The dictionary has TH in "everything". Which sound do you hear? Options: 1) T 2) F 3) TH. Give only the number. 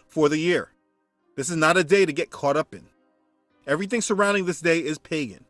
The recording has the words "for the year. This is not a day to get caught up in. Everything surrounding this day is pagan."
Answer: 3